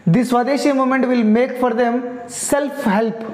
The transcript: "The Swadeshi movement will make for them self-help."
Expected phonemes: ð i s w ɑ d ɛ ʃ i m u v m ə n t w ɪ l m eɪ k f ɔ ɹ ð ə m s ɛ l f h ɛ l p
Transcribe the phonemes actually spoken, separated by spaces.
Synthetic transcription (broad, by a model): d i s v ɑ d ɛ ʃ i m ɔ m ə n t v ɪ l m eɪ k f ɔ ɹ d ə m s ɛ l f h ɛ l p